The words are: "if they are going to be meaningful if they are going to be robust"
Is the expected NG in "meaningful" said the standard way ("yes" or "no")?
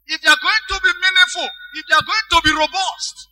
no